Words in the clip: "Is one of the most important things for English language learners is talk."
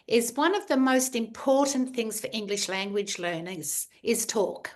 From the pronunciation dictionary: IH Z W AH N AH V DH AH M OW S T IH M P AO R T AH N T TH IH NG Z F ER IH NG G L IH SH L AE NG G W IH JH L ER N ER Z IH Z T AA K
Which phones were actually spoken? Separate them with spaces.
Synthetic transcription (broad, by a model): IH Z W AH N AH V DH AH M OW S T IH M P AO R T N TH IH NG Z F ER IH NG G L IH SH L AE NG G W IH JH L ER N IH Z IH Z T AA K